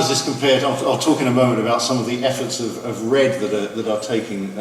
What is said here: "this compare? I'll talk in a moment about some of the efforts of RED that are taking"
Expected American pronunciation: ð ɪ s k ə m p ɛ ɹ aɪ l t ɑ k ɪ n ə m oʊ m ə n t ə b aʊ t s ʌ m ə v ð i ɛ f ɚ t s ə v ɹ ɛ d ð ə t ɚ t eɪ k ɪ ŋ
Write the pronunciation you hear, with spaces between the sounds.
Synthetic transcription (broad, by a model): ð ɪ s k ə m p ɛ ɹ aɪ l t ɑ k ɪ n ə m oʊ m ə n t ə b aʊ t s ʌ m ə v ð i ɛ f ɚ t s ə v ɹ ɛ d ð ə t ɚ t eɪ k ɪ ŋ